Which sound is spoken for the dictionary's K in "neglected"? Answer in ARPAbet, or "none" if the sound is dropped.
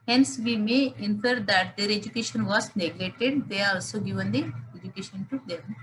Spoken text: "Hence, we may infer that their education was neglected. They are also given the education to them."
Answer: none